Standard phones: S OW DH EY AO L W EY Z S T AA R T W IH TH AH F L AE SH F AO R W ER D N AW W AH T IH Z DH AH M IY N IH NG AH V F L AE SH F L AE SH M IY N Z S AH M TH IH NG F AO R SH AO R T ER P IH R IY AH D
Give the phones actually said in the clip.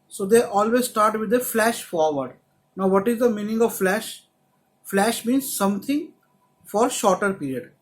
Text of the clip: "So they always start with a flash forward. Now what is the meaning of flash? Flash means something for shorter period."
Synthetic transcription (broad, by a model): S OW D EY AO L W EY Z S T AA R T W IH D AH F L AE SH F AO R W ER D N AW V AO T IH Z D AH M IY N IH NG AH V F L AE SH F L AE SH M IY N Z S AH M T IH NG F AO R SH AO R T ER P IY R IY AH D